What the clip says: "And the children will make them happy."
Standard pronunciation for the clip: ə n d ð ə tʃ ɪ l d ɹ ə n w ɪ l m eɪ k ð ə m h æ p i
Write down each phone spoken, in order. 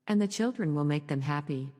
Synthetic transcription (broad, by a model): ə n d ð ə tʃ ɪ l d ɹ ə n w ɪ l m eɪ k ð ə m h æ p i